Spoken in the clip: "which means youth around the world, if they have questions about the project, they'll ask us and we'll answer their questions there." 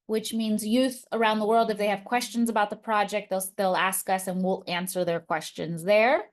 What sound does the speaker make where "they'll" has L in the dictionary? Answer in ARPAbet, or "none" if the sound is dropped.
L